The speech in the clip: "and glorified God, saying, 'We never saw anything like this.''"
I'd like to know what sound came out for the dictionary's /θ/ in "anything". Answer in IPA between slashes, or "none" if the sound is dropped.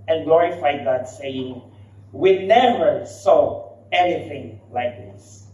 /θ/